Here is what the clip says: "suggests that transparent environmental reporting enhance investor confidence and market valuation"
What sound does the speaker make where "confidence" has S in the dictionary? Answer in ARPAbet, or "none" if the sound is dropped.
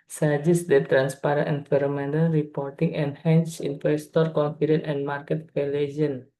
none